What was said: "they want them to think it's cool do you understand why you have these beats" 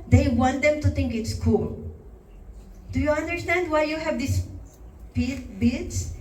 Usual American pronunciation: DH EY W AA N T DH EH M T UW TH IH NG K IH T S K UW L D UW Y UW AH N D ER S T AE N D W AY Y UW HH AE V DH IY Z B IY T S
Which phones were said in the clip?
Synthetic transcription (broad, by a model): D EY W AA N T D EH M T UW T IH NG K IH T S K UW L D UW Y UW AH N D ER S T AE N D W AY Y UW HH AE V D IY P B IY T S